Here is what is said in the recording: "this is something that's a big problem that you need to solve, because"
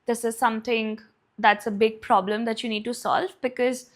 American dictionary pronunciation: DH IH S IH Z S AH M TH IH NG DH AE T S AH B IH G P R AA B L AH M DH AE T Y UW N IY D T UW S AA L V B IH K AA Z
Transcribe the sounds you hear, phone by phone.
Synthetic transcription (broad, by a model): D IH S IH Z S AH M T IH NG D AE T S AH B IH G P R AA B L AH M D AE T Y UW N IY D T UW S AA L V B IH K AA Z